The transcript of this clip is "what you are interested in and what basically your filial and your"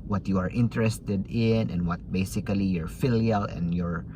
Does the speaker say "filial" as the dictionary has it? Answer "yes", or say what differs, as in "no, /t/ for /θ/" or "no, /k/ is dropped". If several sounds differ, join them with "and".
yes